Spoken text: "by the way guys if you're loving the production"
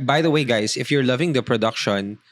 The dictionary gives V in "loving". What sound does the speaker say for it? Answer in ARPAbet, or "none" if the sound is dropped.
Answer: V